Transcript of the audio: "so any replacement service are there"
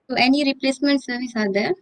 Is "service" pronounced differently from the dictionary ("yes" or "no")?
no